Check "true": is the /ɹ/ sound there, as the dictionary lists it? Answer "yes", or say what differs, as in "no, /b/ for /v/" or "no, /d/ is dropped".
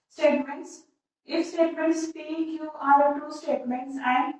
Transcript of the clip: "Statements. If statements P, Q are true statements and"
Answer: no, /ɹ/ is dropped